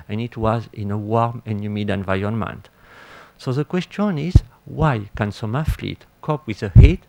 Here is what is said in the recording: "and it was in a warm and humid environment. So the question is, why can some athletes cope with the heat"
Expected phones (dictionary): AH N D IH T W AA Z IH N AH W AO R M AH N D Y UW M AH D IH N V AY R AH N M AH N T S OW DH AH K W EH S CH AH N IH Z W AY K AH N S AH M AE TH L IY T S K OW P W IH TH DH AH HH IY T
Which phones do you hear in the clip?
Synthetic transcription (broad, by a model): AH N IH T W AA Z IH N AH W AO R M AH N Y UW M AH D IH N V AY AH N M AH N T S OW DH AH K W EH S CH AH N IH Z W AY K AH N S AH M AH F L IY T K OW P W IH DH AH HH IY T